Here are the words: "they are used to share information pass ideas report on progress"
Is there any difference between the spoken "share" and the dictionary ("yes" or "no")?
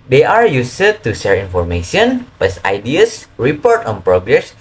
no